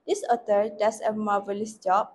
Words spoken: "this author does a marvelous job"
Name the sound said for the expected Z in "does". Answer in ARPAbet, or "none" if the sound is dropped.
S